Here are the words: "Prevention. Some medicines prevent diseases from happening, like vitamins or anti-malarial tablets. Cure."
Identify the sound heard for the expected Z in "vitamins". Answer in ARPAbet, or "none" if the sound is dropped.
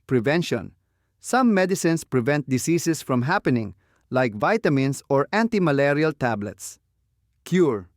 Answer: S